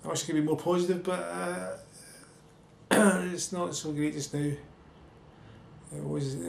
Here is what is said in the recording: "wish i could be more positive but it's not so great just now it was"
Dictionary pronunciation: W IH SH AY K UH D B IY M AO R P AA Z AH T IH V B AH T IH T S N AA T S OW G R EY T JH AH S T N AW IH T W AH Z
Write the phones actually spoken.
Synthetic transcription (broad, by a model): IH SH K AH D B IY M AO R P AA Z AH T IH V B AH T IH T S N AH T S OW G R EY T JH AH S N AW IH T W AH Z